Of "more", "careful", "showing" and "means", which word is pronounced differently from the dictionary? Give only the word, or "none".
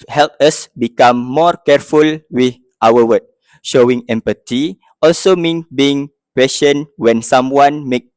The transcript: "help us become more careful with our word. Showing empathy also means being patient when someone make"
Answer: means